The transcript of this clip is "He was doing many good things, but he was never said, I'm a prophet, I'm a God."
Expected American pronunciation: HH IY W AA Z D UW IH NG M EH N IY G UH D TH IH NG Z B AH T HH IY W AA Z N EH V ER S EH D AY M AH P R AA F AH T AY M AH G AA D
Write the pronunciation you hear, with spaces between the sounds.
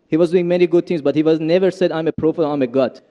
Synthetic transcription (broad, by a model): HH IY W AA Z D UW IH NG M EH N IY G UH D T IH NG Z B AH T HH IY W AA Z N EH V ER S EH D AY M AH P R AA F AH AY M AH G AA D